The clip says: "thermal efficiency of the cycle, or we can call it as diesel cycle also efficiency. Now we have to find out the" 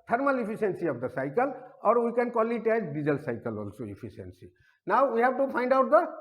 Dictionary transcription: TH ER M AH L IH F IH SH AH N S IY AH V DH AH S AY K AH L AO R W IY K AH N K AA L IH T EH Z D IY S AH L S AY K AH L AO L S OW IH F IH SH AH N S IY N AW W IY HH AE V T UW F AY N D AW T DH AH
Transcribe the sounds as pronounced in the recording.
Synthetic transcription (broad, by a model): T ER M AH L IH P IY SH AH N S IY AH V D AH S AY K AH L AO R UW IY K AH N K AA L IH T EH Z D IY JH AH L S AY K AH L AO L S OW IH P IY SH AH N S IY N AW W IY HH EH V T UW P AY N D AW T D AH